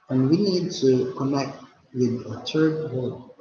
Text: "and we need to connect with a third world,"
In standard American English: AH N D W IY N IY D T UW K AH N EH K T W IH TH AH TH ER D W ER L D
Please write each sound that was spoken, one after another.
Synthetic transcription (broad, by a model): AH N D W IY N IY D T UW K AH N EH K T W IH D AH T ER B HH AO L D